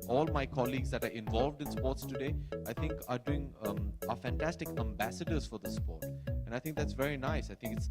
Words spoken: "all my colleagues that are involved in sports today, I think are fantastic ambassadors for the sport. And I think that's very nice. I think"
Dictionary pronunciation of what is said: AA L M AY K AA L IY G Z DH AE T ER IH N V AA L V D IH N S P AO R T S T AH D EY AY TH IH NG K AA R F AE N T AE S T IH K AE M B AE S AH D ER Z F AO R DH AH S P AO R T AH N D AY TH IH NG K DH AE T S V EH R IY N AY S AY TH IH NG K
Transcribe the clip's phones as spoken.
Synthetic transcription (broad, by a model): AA L M AY K AA L IY G Z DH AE T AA IH N V AA L V D IH N S P AO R T S T AH D EY AY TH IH NG K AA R F AE N T AE S T IH K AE M B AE S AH D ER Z F AO R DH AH S P AO R T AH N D AY T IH NG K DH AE T S V EH R IY N AY S AY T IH NG K